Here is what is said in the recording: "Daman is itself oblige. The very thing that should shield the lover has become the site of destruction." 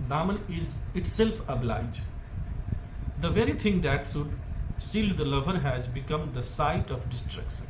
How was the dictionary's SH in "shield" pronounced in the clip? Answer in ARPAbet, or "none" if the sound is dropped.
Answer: S